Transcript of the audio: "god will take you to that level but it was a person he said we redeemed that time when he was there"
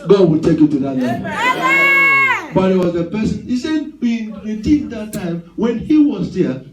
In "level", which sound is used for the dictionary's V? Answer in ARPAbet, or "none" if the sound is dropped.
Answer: none